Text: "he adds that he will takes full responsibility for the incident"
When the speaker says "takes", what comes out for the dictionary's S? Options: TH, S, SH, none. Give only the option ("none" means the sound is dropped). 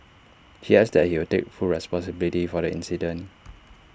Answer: none